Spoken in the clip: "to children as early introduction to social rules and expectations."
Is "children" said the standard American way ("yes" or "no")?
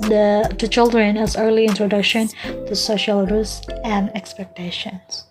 yes